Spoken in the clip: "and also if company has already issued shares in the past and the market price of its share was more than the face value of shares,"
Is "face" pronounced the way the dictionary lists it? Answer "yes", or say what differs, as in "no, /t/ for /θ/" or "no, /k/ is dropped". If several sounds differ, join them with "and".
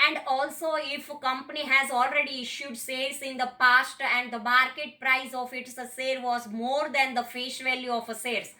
no, /ʃ/ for /s/